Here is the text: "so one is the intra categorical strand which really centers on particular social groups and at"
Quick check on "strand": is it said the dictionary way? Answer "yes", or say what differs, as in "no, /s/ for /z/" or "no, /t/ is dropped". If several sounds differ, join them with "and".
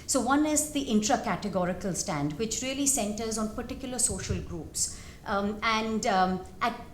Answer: no, /ɹ/ is dropped